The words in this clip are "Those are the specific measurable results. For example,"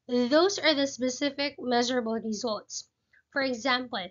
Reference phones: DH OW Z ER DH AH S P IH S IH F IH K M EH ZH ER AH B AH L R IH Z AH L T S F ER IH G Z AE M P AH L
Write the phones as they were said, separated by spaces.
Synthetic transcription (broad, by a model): DH OW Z ER DH AH S P IH S IH F IH K M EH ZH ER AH B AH L R IH Z AH L T S F ER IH G Z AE M P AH L